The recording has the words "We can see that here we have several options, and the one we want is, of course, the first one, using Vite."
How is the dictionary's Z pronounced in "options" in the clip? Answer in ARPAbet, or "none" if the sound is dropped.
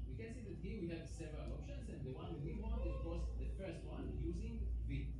S